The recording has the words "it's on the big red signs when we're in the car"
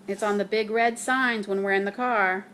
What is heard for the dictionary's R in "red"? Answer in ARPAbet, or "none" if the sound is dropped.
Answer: R